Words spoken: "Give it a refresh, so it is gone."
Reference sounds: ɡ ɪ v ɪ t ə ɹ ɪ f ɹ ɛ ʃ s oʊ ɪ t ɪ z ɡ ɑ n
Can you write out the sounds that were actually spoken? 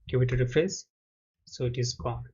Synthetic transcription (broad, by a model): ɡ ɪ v ɪ t ə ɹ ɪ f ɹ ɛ s s oʊ ɪ t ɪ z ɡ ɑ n